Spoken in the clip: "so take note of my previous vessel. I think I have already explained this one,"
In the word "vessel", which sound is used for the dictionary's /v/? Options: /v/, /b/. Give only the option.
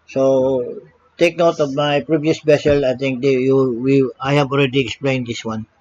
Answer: /b/